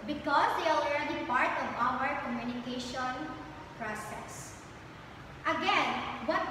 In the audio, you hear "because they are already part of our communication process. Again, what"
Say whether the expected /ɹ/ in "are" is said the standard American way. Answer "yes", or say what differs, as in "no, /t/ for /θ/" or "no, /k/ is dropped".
no, /l/ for /ɹ/